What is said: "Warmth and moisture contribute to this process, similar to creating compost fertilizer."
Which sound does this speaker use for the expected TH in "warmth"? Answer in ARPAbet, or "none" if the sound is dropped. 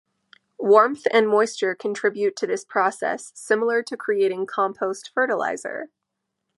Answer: TH